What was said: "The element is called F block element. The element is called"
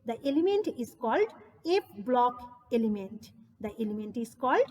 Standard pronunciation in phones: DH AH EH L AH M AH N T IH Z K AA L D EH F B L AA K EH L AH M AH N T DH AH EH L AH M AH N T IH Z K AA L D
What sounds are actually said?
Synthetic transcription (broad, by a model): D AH EH L AH M AH N T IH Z K AA L D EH P B L AA K EH L AH M AH N T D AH EH L AH M AH N T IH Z K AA L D